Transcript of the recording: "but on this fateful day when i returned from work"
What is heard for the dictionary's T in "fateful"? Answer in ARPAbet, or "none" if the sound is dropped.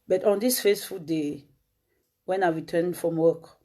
S